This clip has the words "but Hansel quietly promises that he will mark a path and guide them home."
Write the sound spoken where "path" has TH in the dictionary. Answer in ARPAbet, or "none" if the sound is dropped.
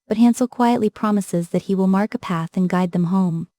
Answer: TH